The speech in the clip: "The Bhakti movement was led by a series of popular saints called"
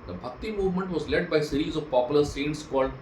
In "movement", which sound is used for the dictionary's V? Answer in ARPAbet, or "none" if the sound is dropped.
V